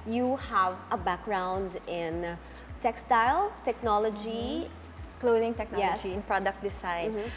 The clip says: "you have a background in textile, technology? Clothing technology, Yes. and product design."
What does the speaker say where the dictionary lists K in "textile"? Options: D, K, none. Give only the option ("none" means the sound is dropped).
K